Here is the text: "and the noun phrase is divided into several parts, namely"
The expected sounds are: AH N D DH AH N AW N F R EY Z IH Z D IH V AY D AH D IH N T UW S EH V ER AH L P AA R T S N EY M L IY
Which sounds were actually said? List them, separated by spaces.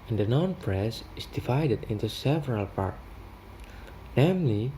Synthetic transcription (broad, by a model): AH N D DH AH N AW N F R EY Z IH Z D IH V AY D AH D IH N T UW S EH V ER AH L P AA R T N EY M L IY